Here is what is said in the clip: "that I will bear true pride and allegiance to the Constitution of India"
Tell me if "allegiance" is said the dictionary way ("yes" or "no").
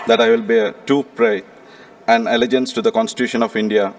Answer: yes